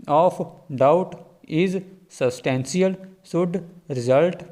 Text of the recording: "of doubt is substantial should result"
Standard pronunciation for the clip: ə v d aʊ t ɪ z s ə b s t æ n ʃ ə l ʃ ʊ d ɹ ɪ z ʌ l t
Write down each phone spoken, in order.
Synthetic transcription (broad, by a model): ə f d aʊ t ɪ z s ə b s t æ n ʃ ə l s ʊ d ɹ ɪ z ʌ l t